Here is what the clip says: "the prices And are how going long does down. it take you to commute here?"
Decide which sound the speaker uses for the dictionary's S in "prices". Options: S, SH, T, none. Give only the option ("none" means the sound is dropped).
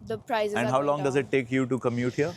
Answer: none